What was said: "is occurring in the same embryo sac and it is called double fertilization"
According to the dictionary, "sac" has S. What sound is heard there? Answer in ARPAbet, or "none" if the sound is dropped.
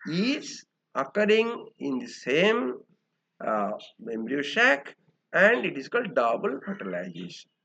SH